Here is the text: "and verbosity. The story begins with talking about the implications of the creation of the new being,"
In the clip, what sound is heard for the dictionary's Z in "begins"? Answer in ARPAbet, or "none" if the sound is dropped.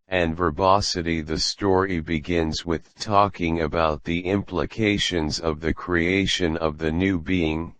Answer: Z